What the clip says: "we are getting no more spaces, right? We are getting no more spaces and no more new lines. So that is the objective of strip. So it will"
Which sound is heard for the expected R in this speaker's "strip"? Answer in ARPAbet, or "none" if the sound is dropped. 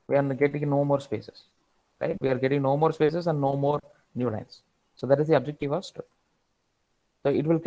none